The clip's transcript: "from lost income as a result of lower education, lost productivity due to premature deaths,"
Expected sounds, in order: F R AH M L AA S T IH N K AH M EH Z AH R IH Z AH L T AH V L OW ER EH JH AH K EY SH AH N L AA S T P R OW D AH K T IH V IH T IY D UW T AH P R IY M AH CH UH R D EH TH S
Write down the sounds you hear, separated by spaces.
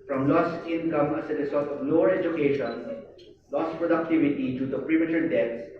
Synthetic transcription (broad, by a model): F R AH M L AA S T IH N K AH M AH S AH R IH S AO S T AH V L OW ER EH JH AH K EY SH AH N L AA S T P R OW D AH K T IH V IH T IY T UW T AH P R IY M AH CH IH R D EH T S